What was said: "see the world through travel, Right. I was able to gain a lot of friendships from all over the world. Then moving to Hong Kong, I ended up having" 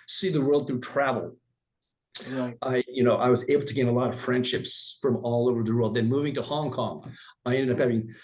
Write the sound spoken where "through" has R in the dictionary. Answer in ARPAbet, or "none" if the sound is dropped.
none